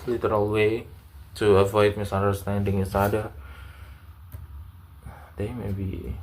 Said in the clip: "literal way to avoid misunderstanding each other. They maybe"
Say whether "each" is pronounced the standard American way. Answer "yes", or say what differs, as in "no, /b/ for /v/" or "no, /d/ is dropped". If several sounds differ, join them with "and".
no, /s/ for /tʃ/